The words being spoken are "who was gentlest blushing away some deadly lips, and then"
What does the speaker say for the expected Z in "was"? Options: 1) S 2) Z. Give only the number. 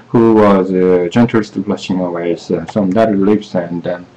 2